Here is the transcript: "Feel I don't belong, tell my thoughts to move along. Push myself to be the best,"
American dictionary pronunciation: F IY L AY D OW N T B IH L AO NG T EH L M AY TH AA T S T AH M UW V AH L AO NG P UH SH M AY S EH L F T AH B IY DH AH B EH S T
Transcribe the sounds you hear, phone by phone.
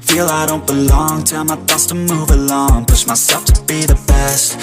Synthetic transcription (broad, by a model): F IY L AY D OW N T B IH L AO NG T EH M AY T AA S T AH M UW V AH L AO NG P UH S M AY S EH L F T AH B IY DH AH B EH S T